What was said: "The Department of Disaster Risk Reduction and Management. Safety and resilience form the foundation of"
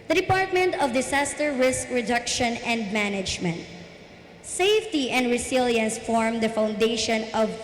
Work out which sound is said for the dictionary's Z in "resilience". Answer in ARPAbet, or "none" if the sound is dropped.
S